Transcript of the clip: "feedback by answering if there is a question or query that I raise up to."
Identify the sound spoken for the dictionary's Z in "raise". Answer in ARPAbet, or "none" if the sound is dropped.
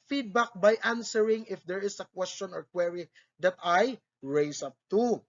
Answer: S